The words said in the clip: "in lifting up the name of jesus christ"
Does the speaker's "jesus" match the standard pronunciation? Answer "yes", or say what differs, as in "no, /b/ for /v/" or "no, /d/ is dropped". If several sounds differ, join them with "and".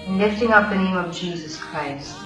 yes